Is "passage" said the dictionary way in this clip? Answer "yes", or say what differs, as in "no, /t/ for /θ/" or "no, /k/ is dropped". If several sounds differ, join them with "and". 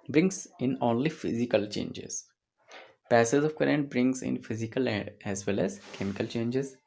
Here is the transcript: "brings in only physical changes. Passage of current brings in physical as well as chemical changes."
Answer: no, /z/ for /dʒ/